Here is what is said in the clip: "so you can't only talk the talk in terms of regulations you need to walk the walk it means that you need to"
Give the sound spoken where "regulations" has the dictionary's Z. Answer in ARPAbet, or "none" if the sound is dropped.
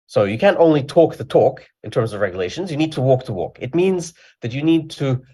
Z